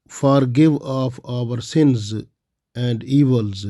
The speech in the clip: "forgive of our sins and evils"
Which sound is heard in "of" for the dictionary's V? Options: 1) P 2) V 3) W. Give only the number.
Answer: 1